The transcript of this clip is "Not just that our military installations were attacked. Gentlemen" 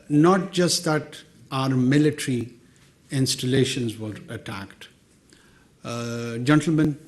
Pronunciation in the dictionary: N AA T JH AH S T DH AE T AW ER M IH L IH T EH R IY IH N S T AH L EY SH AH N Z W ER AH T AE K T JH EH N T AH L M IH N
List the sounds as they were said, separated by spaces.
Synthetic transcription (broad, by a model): N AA T JH AH S T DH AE T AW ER M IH L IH T R IY IH N S T AH L EY SH AH N Z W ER AH T AE K T JH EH N T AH L M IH N